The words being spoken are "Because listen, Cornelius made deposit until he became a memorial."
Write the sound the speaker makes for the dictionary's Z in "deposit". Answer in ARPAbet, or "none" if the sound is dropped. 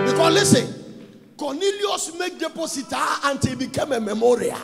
S